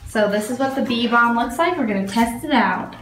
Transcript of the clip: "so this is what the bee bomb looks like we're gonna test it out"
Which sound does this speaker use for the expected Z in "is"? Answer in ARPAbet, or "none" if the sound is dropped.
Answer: Z